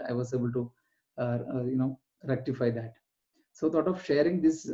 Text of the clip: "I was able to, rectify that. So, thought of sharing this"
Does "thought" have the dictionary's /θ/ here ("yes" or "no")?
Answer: no